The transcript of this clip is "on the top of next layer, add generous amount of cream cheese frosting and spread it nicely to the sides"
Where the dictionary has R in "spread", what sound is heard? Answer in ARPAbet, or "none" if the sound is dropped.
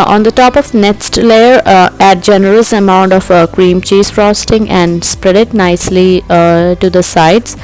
R